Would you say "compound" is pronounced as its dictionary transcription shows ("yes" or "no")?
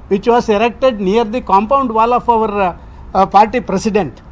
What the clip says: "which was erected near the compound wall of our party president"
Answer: yes